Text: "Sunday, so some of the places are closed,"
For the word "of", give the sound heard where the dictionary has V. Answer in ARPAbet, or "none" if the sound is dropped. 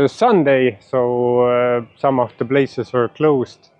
F